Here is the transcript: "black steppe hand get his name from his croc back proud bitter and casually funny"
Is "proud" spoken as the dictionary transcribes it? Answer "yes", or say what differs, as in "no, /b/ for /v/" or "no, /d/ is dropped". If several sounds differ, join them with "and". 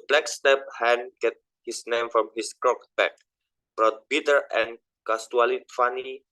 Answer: no, /b/ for /p/